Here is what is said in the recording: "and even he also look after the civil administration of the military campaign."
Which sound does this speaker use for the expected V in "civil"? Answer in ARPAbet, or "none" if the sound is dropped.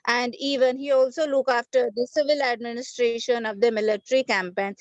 V